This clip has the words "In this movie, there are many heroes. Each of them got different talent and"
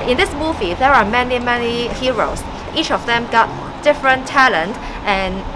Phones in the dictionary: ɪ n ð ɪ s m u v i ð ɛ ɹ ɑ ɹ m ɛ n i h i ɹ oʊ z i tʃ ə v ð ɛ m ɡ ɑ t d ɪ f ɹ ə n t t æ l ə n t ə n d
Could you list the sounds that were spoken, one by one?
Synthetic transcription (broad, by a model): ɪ n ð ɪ s m u v i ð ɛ ɹ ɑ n m ɛ n i h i ɹ oʊ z i tʃ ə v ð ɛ m ɡ ɑ t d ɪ f ɹ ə n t t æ l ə n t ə n